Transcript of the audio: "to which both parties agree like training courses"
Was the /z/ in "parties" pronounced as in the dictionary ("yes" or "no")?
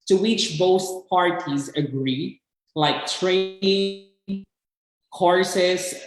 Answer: yes